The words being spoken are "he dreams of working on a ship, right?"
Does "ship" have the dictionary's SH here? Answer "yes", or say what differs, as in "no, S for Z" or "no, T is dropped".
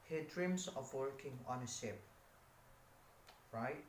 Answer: no, S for SH